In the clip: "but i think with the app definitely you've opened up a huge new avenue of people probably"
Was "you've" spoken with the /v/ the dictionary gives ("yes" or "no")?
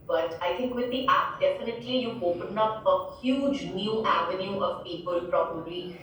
no